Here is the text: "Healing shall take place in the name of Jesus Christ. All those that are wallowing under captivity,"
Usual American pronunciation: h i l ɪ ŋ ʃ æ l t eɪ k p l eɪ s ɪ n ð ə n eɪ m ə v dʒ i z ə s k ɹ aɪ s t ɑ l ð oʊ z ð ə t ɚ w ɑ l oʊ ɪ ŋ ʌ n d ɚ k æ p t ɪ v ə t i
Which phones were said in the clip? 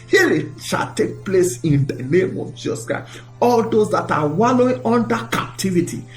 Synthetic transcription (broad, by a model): h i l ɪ ʃ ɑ l t eɪ k p l eɪ s ɪ n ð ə n eɪ m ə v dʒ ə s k aɪ ɑ l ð oʊ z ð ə t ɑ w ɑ l oʊ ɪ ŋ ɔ n d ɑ k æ p t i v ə t i